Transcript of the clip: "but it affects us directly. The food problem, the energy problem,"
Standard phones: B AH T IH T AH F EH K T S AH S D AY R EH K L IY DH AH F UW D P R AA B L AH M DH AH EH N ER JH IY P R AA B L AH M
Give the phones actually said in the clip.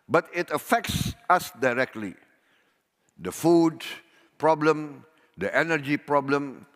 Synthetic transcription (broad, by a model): B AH T IH T AH F EH K T S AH S D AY R EH K L IY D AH F UW D P R AA B L AH M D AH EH N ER JH IY P R AA B L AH M